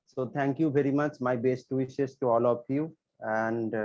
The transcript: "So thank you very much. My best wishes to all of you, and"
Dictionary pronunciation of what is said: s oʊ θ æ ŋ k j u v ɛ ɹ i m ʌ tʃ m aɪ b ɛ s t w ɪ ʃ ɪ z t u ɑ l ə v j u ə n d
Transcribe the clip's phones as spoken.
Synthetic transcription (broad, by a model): s oʊ t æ ŋ k j u v ɛ ɹ i m ʌ tʃ m aɪ b ɛ s t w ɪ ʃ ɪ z t u ɑ l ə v j u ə n d